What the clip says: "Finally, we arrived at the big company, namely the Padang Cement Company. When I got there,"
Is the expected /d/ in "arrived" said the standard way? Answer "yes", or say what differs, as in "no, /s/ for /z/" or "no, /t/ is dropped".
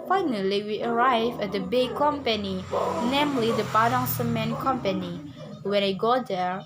no, /d/ is dropped